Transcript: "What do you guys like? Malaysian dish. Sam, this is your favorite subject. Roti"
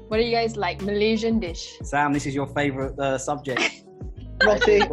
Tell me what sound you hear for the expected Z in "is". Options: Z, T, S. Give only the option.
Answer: Z